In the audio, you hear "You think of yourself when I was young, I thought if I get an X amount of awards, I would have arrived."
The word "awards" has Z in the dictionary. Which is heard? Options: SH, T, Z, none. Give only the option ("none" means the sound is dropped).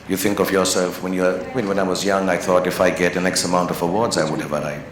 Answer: Z